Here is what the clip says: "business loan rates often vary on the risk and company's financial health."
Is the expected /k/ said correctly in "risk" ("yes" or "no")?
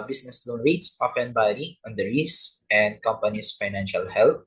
no